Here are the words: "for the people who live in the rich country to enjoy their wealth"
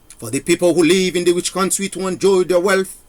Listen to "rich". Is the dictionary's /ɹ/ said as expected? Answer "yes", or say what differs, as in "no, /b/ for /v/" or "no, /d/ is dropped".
no, /w/ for /ɹ/